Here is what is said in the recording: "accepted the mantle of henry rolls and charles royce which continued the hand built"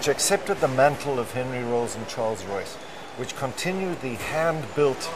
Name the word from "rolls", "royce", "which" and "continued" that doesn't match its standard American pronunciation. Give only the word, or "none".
none